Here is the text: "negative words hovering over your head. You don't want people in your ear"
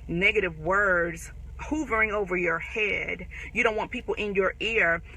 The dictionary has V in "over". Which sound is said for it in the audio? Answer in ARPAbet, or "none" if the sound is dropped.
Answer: V